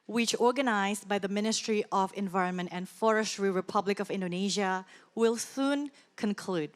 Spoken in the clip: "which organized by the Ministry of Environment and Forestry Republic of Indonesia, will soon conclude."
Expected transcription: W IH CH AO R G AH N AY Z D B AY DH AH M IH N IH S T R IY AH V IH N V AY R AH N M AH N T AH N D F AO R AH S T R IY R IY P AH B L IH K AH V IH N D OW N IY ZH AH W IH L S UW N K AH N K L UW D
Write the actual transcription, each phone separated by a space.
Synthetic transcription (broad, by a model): W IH CH AO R G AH N AY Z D B AY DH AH M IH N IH S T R IY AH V IH N V AY R AH N M AH N T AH N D F AO R AH S T R IY R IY P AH B L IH K AH V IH N D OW N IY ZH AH W IH L S UW N K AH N K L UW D